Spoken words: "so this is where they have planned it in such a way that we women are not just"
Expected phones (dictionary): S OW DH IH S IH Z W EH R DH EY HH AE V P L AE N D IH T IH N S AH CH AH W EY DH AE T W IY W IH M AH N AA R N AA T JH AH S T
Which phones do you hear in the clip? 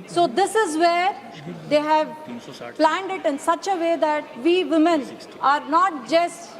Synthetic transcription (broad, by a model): S OW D IH S IH Z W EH R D EY HH AE V P L AE N D IH T IH N S AH CH AH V EY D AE T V IY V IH M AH N AA R N AA T JH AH S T